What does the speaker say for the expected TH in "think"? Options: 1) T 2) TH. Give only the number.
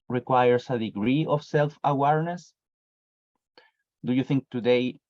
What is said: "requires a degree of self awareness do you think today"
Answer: 2